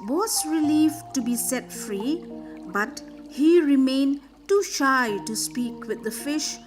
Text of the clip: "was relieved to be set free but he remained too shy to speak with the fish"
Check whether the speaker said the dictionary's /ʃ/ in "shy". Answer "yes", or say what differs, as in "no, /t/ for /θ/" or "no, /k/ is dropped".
yes